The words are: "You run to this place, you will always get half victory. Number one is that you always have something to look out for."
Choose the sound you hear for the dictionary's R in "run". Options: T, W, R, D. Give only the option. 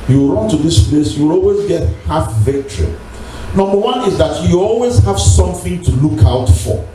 R